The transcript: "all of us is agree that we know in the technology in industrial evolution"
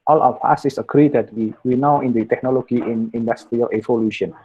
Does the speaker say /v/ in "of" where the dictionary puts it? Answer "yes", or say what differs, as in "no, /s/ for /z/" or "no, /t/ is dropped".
no, /w/ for /v/